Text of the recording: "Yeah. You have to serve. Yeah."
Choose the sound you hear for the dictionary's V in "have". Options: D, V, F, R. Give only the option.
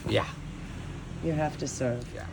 F